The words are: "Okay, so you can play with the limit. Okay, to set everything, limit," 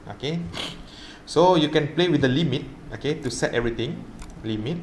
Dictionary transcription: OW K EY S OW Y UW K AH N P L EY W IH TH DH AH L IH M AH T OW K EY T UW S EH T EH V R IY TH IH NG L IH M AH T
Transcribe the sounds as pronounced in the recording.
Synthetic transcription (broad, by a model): OW K EY S OW Y UW K AH N P L EY W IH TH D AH L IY M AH T OW K EY T UW S EH T EH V R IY T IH NG L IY M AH T